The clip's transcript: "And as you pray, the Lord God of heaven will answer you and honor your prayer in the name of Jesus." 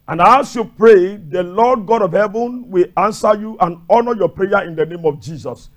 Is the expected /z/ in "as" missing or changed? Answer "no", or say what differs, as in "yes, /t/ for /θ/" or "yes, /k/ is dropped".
yes, /s/ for /z/